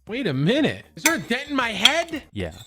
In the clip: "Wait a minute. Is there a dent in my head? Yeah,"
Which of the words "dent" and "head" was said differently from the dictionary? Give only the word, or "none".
dent